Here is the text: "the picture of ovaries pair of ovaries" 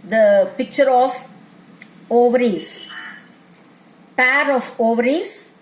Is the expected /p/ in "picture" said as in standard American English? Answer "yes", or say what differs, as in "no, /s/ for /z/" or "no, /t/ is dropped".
yes